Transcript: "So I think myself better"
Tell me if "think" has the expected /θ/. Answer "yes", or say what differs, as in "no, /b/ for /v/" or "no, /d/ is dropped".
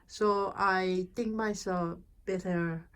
no, /t/ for /θ/